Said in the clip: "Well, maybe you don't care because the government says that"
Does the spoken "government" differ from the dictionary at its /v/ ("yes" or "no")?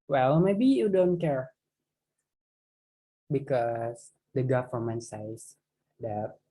yes